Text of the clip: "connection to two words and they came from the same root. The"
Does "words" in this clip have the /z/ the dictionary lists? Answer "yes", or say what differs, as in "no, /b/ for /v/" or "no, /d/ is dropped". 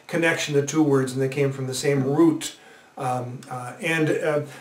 yes